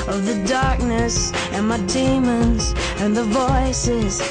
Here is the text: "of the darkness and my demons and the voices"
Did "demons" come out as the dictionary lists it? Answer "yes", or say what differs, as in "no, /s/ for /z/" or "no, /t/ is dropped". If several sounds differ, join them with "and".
yes